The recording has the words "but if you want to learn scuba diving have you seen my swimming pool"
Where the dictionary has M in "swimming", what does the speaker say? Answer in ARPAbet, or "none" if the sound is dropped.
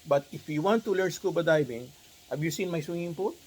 none